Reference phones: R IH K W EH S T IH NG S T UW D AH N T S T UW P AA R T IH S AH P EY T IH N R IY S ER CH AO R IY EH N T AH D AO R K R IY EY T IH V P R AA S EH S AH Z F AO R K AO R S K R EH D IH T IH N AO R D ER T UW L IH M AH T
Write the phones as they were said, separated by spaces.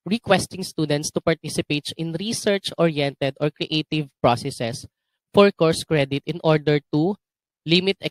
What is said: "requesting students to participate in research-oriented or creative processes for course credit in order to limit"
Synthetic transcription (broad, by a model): R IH K W EH S T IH NG S T UW D AH N T S T UW P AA R T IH S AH P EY T IH N R IY S ER CH AO R IY EH N T AH D AO R K R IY EY T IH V P R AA S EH S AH S F AO R K AO R S K R EH D IH T IH N AO R D ER T UW L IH M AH T